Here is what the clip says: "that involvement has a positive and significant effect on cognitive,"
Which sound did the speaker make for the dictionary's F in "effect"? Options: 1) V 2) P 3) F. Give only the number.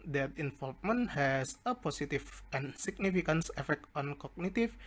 3